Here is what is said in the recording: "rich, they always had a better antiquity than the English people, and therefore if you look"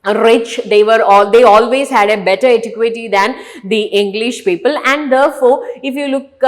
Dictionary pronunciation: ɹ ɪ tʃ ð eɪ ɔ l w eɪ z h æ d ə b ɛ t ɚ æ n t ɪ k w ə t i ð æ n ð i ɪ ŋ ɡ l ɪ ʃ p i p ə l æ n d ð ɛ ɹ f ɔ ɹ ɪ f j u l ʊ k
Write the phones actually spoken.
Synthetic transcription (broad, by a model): ɹ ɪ tʃ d eɪ ɔ l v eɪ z h æ d ə b ɛ t ɚ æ t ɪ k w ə t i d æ n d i ɪ ŋ ɡ l ɪ ʃ p i p ə l æ n d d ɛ ɹ f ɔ ɹ ɪ f j u l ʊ k